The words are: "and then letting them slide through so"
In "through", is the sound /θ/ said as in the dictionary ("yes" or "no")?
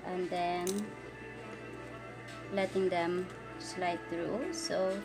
no